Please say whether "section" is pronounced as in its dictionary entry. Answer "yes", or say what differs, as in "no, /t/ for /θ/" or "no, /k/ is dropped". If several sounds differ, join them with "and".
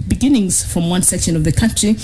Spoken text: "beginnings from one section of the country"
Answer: yes